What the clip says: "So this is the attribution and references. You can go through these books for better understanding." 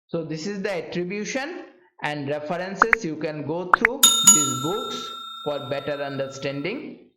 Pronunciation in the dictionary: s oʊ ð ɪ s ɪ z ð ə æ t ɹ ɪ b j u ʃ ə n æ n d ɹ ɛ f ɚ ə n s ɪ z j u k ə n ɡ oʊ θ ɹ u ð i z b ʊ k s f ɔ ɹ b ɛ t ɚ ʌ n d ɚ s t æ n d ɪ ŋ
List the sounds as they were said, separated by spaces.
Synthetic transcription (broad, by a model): s oʊ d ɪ s ɪ z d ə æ t ɹ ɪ b j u ʃ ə n æ n d ɹ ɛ f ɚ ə n s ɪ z j u k ə n ɡ oʊ t ɹ u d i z b ʊ k s f ɔ ɹ b ɛ t ɚ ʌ n d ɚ s t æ n d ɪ ŋ